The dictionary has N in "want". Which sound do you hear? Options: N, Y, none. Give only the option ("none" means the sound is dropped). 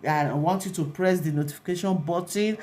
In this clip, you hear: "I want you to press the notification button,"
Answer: N